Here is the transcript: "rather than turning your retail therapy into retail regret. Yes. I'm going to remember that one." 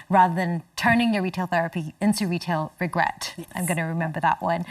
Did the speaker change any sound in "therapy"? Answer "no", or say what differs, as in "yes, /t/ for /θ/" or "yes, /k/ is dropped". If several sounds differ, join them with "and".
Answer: no